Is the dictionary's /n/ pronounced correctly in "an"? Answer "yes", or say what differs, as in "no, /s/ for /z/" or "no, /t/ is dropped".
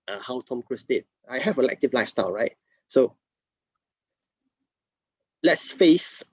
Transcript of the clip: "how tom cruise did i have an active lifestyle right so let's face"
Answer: no, /l/ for /n/